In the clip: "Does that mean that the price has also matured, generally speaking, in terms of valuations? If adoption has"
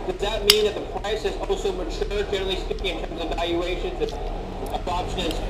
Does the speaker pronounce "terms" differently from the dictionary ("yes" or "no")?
no